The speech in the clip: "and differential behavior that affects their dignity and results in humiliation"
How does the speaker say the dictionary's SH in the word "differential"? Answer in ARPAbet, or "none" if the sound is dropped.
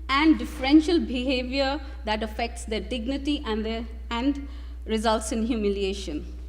SH